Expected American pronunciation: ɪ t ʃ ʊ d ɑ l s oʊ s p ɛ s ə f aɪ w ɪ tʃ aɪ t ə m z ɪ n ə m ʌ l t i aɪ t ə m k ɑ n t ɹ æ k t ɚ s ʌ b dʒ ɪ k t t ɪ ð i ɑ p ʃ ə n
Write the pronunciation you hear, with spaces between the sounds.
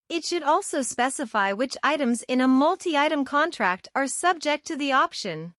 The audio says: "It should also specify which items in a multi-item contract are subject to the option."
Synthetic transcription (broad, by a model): ɪ t ʃ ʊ d ɑ l s oʊ s p ɛ s ə f aɪ w ɪ tʃ aɪ t ə m z ɪ n ə m ʌ l t i aɪ t ə m k ɑ n t ɹ æ k t ɚ s ʌ b dʒ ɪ k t t ɪ ð i ɑ p ʃ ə n